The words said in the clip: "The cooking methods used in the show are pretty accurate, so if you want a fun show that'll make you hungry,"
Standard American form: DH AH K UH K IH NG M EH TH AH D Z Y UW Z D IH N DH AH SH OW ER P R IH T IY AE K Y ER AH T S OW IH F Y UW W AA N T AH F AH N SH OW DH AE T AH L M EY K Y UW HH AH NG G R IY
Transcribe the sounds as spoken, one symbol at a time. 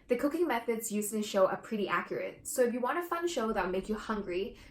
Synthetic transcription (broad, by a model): DH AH K UH K IH NG M EH TH AH D Z Y UW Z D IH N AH SH OW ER P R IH T IY AE K Y ER AH T S OW IH F Y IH W AA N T AH F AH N SH OW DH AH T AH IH M EY K Y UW HH AH NG G R IY